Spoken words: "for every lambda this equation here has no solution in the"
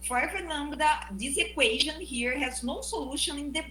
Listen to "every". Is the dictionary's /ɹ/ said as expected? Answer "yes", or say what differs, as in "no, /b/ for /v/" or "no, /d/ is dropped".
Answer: no, /ɹ/ is dropped